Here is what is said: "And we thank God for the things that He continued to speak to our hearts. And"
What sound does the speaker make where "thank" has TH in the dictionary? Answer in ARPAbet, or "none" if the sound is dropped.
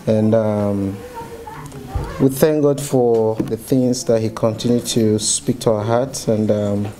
TH